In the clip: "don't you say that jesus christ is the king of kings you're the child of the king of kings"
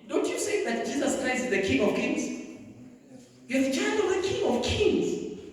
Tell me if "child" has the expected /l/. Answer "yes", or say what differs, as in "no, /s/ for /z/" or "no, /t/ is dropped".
no, /n/ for /l/